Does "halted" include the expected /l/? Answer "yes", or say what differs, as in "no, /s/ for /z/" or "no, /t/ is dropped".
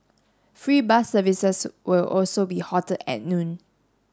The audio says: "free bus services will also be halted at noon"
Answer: no, /l/ is dropped